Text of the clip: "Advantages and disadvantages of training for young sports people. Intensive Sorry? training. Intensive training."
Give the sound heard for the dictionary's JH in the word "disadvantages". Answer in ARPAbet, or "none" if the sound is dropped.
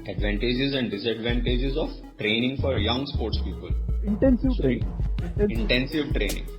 JH